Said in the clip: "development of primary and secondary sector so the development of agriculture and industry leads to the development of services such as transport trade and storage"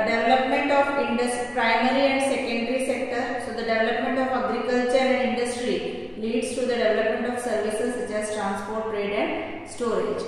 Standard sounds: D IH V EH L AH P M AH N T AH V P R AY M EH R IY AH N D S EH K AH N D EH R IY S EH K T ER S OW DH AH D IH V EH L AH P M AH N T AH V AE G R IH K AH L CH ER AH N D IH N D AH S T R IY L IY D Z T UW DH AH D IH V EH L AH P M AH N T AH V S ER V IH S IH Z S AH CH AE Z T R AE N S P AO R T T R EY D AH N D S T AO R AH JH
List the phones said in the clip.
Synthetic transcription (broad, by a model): D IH V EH L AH P M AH N T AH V P R AY M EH R IY AH N D S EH K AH N D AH R IY S EH K T ER S OW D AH D IH V EH L AH P M AH N T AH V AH G R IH K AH L CH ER AH N D IH N D AH S T R IY L IY D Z T UW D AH D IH V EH L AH P M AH N T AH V S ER V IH S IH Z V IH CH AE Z T R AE N S P AO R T T R EY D AH N D S T AO R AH JH